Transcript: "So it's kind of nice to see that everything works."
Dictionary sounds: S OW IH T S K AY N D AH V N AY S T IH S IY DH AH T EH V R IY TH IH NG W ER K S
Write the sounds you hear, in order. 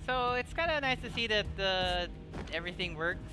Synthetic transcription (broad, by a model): S OW IH T S K AY N D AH N AY S T IH S IY DH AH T EH V R IY TH IH NG W ER K